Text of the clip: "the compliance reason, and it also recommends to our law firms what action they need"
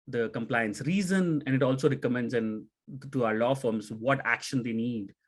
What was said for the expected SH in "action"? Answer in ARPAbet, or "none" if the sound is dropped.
SH